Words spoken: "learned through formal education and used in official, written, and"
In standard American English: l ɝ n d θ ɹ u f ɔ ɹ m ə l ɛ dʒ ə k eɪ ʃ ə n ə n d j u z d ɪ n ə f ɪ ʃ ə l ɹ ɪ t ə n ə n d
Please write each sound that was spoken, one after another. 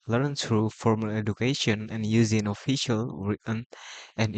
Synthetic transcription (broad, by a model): l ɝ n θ ɹ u f ɔ ɹ m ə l ɛ dʒ ə k eɪ ʃ ə n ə n j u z ɪ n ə f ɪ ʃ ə l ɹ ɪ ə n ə n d